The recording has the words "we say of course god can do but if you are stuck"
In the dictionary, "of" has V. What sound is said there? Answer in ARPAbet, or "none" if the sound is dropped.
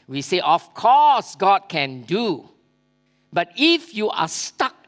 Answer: F